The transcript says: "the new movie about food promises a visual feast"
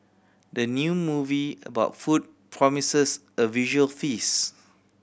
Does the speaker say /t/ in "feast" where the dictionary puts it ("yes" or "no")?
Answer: no